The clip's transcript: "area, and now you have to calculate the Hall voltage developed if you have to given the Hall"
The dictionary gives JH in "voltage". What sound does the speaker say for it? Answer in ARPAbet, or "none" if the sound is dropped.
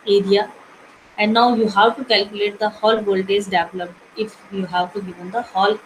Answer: Z